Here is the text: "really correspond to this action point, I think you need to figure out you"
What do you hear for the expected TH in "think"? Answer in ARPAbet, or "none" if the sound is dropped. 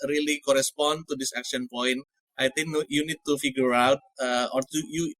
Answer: T